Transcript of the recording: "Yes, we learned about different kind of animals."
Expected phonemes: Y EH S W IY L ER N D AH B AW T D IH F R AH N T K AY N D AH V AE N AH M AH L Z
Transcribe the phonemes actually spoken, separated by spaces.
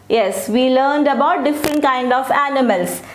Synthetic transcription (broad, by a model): Y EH S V IY L ER N D AH B AW T D IH F R AH N T K AY N D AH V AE N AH M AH L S